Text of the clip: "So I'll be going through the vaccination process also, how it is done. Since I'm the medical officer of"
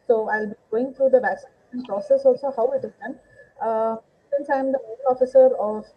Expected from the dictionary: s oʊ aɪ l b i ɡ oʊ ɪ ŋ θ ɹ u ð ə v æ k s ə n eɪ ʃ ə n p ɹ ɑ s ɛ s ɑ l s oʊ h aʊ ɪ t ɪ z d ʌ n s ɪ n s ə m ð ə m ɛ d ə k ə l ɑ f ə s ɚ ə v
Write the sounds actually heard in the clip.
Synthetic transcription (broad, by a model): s oʊ aɪ l b i ɡ oʊ ɪ ŋ t ɹ u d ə v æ k s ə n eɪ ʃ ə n p ɹ ɑ s ɛ s ɑ l s oʊ h aʊ ɪ t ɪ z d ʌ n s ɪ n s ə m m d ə ə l ɑ f ə s ɚ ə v